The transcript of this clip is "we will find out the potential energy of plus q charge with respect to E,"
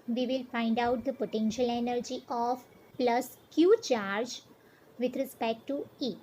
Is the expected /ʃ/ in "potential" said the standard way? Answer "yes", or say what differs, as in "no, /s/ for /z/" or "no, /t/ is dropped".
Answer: yes